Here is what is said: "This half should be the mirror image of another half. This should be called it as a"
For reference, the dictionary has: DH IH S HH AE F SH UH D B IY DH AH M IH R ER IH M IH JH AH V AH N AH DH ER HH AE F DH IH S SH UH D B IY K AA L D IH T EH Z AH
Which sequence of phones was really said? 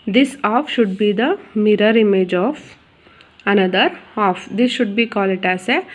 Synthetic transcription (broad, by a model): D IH S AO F SH UH D B IY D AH M IH R ER IH M IH JH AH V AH N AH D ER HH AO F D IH S SH UH D B IY K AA L IH T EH S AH